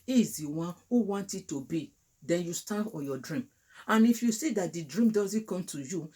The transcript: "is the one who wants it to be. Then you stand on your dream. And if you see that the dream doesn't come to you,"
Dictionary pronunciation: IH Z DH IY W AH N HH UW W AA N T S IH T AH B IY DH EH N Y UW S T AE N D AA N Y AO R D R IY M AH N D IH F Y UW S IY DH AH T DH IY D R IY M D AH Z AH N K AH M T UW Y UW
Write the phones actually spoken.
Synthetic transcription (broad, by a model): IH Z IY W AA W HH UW W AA N T IH T AH B IY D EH N Y UW S T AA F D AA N Y AO D R IY M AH N IH F Y UW S IY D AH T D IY D R IY M D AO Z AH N K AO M T UW Y UW